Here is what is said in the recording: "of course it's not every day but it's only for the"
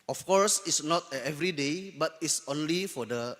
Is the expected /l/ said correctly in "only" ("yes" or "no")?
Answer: yes